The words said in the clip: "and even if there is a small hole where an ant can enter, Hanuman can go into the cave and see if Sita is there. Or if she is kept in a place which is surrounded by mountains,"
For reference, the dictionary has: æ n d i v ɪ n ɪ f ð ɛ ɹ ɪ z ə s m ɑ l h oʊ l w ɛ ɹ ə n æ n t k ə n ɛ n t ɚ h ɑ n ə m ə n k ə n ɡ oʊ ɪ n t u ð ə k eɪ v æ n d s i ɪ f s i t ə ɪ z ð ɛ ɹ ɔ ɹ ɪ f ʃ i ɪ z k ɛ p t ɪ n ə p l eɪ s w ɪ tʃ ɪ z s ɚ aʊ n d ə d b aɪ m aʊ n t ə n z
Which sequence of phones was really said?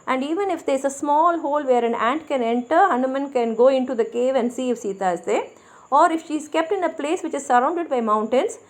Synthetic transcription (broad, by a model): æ n d i v ɪ n ɪ f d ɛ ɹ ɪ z ə s m ɑ l h oʊ l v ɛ ɹ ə n æ n t k ə n ɛ n t ɚ h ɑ n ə m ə n k ə n ɡ oʊ ɪ n t u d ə k eɪ v æ n d s i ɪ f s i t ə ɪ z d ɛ ɔ ɹ ɪ f ʃ i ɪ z k ɛ p t ɪ n ə p l eɪ s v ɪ tʃ ɪ z s ɚ aʊ n d ə d b aɪ m aʊ n t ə n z